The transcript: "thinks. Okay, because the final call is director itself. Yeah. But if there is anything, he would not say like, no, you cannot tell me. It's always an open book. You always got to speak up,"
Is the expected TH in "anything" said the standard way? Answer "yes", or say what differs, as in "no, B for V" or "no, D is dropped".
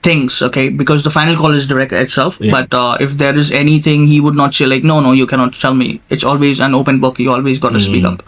no, T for TH